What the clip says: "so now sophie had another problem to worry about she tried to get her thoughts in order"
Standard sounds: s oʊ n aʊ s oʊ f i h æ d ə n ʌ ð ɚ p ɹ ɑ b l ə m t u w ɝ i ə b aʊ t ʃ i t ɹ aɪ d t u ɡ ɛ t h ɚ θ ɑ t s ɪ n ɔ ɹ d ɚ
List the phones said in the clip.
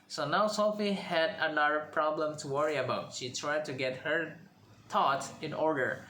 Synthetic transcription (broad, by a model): s oʊ n aʊ s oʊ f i h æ d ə n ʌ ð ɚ p ɹ ɑ b l ə m t u w ɝ i ə b aʊ t ʃ i t ɹ aɪ d t u ɡ ɛ t h ɚ t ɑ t ɪ n ɔ ɹ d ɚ